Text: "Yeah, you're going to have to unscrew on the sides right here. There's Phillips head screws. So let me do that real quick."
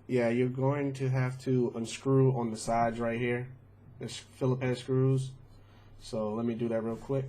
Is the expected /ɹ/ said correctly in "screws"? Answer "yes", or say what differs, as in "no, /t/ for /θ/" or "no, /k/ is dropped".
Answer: yes